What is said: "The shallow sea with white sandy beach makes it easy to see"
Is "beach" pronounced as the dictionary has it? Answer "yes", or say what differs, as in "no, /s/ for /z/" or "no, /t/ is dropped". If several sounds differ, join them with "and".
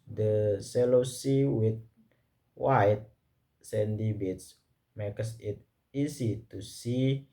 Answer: no, /s/ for /tʃ/